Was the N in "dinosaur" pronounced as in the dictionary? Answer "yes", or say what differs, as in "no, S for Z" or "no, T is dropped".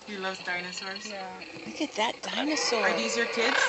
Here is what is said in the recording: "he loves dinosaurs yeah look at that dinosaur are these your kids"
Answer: yes